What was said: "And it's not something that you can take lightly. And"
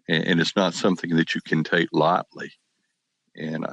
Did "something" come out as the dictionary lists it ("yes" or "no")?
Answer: yes